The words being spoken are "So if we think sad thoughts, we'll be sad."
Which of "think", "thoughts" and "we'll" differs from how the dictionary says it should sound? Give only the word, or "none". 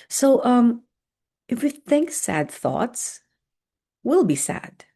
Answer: none